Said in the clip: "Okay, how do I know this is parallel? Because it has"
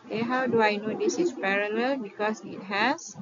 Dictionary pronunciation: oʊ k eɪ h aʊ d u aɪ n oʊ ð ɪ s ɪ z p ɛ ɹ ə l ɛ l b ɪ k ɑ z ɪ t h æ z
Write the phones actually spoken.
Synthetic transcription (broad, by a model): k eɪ h aʊ d u aɪ n oʊ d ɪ s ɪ s p ɛ ɹ ə l ɛ l b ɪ k ɑ s ɪ t h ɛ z